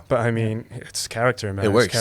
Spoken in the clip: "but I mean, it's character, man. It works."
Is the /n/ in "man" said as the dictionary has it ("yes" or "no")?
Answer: no